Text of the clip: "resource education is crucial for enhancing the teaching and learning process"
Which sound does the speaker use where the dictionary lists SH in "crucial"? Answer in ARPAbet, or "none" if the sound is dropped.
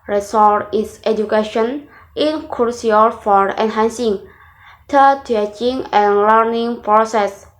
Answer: none